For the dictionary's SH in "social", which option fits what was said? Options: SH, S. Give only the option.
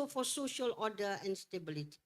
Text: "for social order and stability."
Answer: SH